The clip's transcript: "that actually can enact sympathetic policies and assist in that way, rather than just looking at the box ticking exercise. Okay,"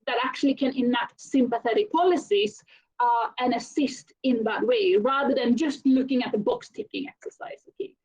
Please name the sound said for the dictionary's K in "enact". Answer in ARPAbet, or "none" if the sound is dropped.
none